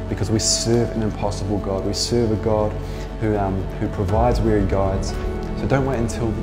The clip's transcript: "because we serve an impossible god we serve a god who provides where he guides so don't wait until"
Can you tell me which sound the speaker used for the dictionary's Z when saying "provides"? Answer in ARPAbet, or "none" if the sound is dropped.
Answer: Z